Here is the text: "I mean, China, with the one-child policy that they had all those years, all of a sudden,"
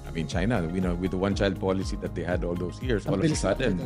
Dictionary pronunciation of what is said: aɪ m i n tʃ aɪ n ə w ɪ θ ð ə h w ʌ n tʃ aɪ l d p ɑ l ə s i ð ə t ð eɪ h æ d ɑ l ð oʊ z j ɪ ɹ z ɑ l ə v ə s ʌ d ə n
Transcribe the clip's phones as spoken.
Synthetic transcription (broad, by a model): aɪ m i n tʃ aɪ n ə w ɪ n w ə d w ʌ n tʃ aɪ l d p ɑ l ə s i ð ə t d eɪ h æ d ɑ l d oʊ s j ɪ ɹ s ɑ l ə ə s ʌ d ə n